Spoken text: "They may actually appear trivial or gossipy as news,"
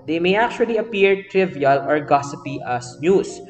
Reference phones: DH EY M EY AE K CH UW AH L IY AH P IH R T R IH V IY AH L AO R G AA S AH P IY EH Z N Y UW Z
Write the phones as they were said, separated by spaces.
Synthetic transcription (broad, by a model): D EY M EY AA K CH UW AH L IY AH P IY R T R IH V IY AH L AO R G AA S AH P IY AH S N Y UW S